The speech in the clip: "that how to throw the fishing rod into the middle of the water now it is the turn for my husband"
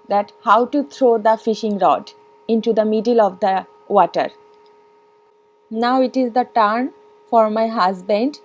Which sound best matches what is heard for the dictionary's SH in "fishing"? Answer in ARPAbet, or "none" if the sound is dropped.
SH